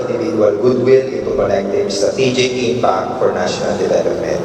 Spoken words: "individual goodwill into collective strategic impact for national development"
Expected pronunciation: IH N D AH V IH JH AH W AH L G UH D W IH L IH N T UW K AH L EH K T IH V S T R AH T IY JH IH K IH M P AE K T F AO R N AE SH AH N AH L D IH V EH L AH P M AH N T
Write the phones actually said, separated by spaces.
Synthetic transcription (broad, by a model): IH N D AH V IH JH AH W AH L G UH D W IH L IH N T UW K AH N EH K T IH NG S T R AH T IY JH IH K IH P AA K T F AO R N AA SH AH N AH L D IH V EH L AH P M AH N T